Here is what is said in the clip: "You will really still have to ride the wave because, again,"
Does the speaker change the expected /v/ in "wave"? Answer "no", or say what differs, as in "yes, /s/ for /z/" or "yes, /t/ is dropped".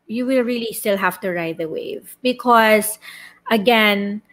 no